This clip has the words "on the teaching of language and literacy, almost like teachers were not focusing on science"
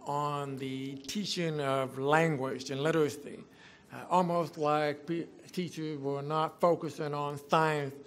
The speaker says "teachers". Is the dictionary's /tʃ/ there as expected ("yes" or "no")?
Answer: yes